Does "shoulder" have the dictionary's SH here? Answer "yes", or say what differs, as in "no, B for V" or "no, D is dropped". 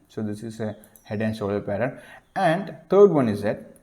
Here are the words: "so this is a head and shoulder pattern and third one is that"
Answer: no, S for SH